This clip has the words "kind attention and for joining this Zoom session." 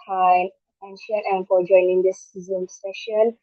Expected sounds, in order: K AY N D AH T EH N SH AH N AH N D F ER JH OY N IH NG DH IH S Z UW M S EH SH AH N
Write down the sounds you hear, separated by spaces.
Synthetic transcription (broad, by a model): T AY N AH T EH N SH AH N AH N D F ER JH OY N IH NG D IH S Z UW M S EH SH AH N